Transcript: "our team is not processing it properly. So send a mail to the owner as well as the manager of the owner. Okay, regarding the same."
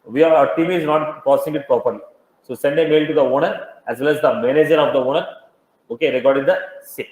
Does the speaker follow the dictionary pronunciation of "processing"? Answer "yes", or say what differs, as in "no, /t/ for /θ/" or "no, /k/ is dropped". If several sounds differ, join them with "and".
no, /ɹ/ is dropped